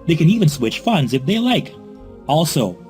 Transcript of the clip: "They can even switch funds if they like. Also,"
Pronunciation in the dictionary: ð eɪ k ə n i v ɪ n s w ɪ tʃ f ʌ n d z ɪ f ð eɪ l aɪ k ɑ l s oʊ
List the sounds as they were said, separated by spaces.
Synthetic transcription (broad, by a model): ð eɪ k ə n i v ɪ n s w ɪ tʃ f ʌ n d z ɪ f ð eɪ l aɪ k ɑ l s oʊ